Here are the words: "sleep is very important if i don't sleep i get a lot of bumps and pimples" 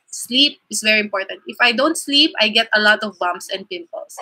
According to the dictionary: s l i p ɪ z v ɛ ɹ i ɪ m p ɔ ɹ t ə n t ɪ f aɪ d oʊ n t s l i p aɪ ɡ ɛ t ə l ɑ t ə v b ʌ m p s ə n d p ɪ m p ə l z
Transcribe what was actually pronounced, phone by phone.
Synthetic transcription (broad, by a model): s l i p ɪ s v ɛ ɹ i ɪ m p ɔ ɹ t ə n t ɪ f aɪ d oʊ n t s l i p aɪ ɡ ɛ t ə l ɑ t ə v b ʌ m s ə n d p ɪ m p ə l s